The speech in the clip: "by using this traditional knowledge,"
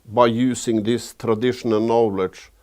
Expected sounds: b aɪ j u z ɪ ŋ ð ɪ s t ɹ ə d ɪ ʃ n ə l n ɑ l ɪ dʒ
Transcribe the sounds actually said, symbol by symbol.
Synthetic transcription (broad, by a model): b aɪ j u s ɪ ŋ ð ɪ s t ɹ ə d ɪ ʃ n ə l n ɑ l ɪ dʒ